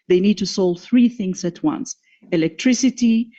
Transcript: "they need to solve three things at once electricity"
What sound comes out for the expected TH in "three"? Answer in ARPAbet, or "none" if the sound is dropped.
TH